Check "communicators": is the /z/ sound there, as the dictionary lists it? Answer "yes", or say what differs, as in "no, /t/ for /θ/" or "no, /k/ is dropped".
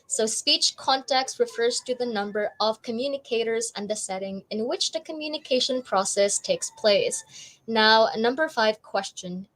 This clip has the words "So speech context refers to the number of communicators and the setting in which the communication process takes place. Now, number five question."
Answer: yes